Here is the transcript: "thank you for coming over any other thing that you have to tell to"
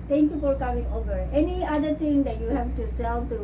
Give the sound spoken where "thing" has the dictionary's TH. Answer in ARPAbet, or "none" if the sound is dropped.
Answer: T